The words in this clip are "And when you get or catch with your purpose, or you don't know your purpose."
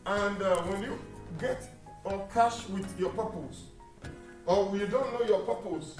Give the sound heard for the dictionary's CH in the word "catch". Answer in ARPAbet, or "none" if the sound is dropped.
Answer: SH